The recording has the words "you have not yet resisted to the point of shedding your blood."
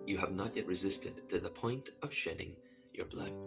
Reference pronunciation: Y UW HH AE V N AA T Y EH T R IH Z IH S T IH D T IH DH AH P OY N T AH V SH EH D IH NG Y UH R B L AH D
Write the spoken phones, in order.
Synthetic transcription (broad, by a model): Y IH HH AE V N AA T Y EH T R IH Z IH S T IH D T IH DH AH P OY N T AH V SH EH D IH NG Y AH R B L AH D